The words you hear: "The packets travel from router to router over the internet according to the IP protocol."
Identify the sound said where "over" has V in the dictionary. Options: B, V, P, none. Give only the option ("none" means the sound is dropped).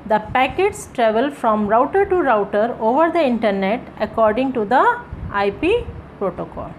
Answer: V